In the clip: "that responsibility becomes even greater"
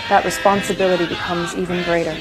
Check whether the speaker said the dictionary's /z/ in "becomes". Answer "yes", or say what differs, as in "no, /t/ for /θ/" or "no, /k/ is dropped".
yes